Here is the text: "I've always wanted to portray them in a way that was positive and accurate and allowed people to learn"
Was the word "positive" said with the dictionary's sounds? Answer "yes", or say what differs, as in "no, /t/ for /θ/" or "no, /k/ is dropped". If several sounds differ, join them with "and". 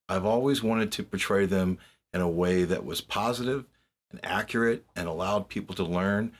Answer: yes